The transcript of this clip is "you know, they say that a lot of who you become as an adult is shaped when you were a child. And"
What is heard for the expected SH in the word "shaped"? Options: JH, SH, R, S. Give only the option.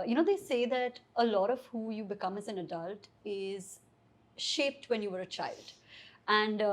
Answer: SH